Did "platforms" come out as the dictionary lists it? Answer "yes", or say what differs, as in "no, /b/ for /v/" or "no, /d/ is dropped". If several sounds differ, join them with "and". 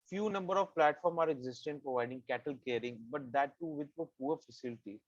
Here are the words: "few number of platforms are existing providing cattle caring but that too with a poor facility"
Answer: no, /z/ is dropped